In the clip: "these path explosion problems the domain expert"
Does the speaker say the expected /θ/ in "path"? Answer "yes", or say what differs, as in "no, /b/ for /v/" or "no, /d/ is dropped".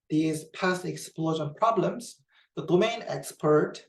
no, /s/ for /θ/